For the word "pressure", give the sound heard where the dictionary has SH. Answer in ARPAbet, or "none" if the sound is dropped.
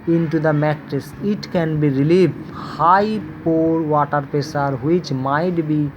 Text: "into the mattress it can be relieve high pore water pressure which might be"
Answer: S